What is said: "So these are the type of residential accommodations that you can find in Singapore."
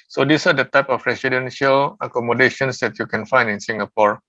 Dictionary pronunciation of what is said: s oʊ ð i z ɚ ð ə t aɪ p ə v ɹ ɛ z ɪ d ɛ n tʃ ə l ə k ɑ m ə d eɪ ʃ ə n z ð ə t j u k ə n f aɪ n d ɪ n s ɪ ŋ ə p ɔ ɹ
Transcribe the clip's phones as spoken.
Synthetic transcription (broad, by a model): s oʊ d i s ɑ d ə t aɪ p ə p ɹ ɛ s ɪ d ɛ n ʃ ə l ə k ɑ m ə d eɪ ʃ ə n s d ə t j u k ə n f aɪ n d ɪ n s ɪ ŋ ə p ɔ ɹ